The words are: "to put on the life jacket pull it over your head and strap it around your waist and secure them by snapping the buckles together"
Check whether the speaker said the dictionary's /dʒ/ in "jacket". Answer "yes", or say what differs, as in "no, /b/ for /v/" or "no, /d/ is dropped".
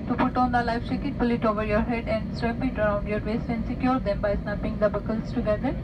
no, /tʃ/ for /dʒ/